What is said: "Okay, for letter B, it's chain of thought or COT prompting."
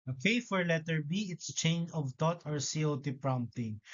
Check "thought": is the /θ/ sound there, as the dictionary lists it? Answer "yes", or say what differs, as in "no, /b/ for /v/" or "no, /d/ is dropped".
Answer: no, /t/ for /θ/